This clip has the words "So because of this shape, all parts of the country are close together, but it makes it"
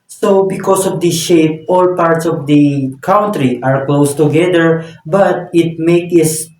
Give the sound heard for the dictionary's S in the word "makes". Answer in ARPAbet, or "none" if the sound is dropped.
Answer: none